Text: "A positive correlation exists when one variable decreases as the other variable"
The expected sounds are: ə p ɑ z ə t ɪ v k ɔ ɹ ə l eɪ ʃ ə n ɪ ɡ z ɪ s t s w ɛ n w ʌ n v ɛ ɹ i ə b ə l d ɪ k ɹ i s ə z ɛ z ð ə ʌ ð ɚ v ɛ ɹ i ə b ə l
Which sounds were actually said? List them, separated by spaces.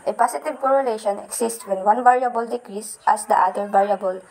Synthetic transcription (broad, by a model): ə p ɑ s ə t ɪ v k ɔ ɹ ə l eɪ ʃ ə n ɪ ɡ s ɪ s t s w ɛ n w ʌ n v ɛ ɹ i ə b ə l d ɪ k ɹ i s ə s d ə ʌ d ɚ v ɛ ɹ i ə b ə l